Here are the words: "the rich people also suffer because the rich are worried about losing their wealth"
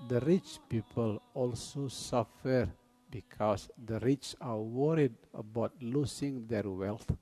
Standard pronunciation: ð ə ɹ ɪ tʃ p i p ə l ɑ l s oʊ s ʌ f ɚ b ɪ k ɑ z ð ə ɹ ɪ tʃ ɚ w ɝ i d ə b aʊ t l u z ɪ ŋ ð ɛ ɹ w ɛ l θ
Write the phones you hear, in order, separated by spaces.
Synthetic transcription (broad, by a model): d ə ɹ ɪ tʃ p i p ə l ɑ l s oʊ s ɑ f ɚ b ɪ k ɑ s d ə ɹ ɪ tʃ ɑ w ɝ i d ə b aʊ t l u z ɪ ŋ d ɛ ɹ w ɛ l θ